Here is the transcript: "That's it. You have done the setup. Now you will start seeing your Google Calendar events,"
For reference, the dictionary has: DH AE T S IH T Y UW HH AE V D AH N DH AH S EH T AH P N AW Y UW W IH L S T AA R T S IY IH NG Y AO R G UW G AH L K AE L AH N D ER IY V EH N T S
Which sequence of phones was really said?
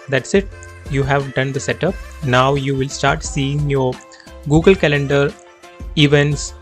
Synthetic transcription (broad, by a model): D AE T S IH T Y UW HH AE V D AH N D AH S EH T AH P N AW Y UW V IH L S T AA R T S IY IH NG Y AO R G UW G AH L K AE L AH N D ER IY V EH N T S